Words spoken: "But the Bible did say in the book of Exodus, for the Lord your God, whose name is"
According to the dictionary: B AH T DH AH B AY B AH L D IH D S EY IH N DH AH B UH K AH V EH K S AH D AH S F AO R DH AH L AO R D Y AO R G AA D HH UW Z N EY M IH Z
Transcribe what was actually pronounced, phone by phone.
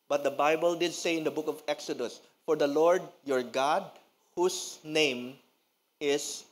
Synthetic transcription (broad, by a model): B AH T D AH B AY B AH L D IH D S EY IH N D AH B UH K AH V EH K S AH D AH S F AO R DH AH L AO R D Y AO R G AA D HH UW S N EY M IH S